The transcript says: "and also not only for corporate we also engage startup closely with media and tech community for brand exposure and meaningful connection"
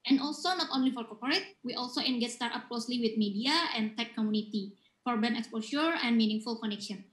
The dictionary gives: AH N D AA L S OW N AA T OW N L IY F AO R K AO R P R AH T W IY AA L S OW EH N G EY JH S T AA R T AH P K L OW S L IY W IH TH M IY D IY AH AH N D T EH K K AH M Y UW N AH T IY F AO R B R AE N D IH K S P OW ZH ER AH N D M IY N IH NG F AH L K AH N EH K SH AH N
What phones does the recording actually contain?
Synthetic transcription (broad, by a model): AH N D AA L S OW N AA T OW N L IY F AO R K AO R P R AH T W IY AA L S OW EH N G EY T S T AA R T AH P K L OW S L IY W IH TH M IY D IY AH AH N T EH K K AH M Y UW N AH T IY F AO R B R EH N IH K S P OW SH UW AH N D M IY N IH NG F AH L K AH N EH K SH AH N